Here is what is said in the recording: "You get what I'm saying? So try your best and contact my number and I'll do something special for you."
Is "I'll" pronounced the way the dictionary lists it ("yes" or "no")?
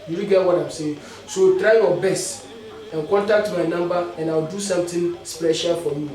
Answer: no